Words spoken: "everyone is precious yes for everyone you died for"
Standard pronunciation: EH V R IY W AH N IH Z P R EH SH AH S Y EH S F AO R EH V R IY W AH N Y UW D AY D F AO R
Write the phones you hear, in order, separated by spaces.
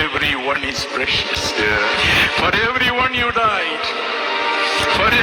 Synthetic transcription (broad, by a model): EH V R IY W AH N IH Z P R EH SH AH S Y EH F AO R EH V R IY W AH N Y UW D AY D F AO R